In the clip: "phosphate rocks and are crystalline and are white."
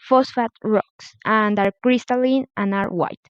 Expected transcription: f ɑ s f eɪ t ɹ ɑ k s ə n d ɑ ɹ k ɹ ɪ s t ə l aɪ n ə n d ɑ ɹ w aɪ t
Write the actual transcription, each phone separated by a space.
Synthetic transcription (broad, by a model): f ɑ s f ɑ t ɹ ɑ k s ə n d ɑ ɹ k ɹ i s t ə l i n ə n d ɑ ɹ w aɪ t